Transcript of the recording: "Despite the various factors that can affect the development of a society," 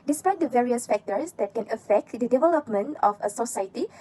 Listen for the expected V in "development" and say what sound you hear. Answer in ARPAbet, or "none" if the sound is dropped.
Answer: V